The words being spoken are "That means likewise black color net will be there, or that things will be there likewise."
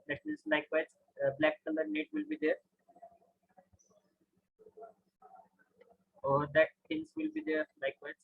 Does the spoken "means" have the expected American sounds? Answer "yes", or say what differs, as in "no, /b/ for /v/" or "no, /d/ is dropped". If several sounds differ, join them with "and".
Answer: no, /n/ is dropped